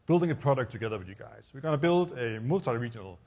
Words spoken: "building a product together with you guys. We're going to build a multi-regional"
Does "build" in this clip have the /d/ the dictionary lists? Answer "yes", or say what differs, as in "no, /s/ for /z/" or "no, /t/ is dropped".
yes